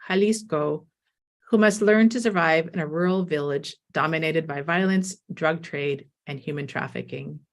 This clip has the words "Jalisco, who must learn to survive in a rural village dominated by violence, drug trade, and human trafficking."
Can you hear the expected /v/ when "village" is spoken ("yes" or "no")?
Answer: yes